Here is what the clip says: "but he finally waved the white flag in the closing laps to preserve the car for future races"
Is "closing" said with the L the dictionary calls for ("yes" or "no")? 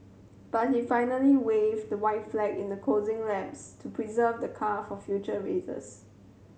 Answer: no